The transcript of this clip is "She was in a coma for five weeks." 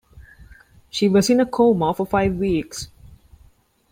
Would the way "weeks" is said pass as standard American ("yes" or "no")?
yes